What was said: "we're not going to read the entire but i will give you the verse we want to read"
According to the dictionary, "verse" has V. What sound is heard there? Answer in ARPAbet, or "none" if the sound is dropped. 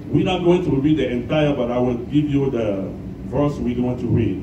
V